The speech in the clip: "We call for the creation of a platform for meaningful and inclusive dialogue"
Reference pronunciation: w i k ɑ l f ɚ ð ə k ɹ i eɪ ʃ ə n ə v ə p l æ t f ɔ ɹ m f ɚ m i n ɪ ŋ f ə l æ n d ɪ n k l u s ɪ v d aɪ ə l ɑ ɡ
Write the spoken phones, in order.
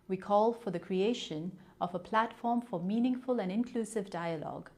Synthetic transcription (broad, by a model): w i k ɑ l f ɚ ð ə k ɹ i eɪ ʃ ə n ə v ə p l æ t f ɔ ɹ m f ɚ m i n ɪ ŋ f ə l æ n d ɪ n k l u s ɪ v d aɪ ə l ɑ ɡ